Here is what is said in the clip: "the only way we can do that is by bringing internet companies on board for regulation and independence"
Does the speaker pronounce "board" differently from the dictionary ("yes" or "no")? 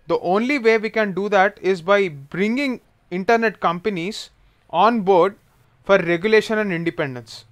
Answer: no